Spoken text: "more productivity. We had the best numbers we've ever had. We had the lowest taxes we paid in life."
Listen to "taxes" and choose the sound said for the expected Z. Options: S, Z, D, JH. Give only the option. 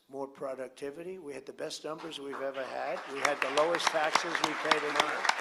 Z